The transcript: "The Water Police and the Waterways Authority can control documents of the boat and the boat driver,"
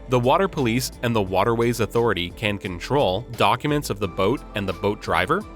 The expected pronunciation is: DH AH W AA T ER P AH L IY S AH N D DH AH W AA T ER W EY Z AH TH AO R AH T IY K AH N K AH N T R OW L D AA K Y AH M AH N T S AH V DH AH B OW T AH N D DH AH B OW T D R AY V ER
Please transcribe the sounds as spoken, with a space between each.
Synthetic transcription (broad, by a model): DH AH W AA T ER P AH L IY S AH N DH AH W AA T ER W EY Z AH TH AO R AH T IY K AH N K AH N T R OW L D AA K Y AH M AH N T S AH V DH AH B OW T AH N DH AH B OW T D R AY V ER